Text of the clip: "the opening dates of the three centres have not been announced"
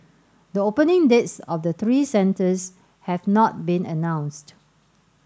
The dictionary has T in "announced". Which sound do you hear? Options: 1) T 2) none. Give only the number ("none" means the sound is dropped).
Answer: 1